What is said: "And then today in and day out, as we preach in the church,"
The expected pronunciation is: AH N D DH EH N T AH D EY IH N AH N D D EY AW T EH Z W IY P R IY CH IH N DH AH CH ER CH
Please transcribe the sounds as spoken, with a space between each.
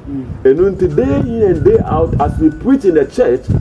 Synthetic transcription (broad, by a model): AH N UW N T AH D EY IH N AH N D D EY AW T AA S W IY P R IY CH IH N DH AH CH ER CH